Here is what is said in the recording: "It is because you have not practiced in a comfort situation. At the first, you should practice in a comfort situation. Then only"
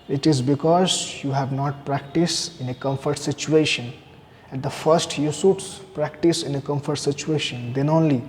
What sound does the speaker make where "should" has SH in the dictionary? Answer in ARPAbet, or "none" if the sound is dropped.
S